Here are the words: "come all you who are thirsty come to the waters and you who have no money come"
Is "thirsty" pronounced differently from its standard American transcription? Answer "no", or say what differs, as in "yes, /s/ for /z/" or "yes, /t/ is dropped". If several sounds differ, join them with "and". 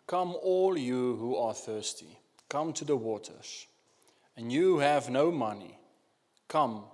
no